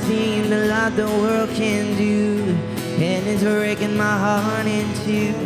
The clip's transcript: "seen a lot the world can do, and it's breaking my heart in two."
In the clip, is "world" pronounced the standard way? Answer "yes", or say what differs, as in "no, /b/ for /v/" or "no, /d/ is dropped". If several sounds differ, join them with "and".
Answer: yes